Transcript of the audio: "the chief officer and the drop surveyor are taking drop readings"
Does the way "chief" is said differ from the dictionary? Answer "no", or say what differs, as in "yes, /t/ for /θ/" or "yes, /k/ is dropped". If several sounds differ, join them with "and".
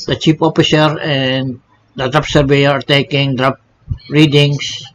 yes, /p/ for /f/